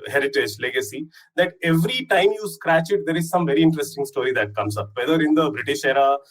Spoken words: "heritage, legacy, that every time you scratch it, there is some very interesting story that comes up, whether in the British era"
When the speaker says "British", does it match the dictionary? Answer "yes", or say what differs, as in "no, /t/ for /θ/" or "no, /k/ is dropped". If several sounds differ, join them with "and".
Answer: yes